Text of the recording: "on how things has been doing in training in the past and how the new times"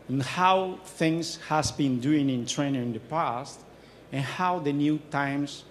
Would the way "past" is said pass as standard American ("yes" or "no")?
yes